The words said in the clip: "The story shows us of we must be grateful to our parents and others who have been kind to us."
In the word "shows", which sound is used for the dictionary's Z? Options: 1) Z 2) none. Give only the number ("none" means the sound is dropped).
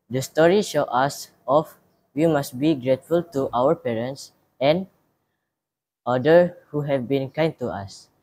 2